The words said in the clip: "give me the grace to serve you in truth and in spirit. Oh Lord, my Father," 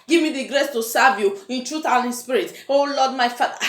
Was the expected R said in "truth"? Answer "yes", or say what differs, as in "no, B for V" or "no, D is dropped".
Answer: yes